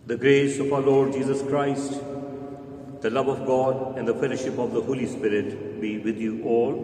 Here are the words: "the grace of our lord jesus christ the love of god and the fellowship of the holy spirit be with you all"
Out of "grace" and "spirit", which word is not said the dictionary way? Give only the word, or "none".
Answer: none